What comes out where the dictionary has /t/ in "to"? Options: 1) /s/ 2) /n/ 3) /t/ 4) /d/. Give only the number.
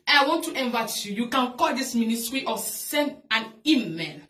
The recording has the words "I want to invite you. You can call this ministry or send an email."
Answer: 3